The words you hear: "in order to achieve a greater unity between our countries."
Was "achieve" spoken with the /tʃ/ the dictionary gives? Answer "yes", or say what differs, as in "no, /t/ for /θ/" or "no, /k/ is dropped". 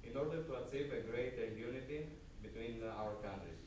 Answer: no, /s/ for /tʃ/